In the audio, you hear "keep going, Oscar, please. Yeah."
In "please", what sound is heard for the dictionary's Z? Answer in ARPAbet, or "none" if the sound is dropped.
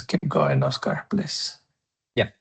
S